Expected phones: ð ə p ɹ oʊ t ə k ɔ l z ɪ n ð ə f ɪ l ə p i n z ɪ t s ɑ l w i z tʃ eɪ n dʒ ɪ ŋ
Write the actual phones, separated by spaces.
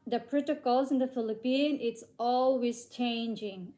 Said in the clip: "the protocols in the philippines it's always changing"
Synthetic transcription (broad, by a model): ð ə p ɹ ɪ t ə k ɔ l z ɪ n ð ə f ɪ l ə p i n ɪ t s ɑ l w i z tʃ eɪ n dʒ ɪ ŋ